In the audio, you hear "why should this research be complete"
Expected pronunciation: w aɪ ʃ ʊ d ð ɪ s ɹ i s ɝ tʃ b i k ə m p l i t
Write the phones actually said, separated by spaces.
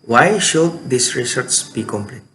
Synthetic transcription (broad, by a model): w aɪ ʃ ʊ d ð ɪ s ɹ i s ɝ s b i k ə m p l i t